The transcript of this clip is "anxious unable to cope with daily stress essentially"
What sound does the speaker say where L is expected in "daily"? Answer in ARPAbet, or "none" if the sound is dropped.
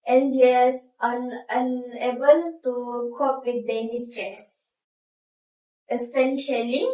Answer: N